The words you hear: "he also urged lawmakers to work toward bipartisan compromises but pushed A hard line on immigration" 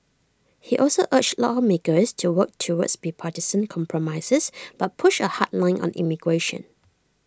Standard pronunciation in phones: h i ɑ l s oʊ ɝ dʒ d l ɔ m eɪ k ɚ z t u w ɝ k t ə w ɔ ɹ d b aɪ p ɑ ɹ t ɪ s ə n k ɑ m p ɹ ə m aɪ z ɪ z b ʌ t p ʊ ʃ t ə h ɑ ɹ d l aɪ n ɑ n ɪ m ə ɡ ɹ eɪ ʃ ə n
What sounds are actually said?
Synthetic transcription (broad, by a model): h i ɑ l s oʊ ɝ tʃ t l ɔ m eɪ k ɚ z t u w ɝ k t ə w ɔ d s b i p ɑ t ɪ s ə n k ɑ m p ɹ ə m aɪ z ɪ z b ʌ t p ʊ ʃ ə h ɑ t l aɪ n ɑ n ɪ m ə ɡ ɹ eɪ ʃ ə n